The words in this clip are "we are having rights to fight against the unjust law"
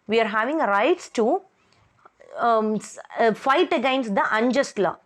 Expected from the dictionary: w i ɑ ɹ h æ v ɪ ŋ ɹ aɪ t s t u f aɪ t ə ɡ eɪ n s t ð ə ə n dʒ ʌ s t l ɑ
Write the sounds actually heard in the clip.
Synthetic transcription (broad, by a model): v i ɑ ɹ h æ v ɪ ŋ ɹ aɪ t s t u f aɪ t ə ɡ eɪ n s t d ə ə n dʒ ʌ s t l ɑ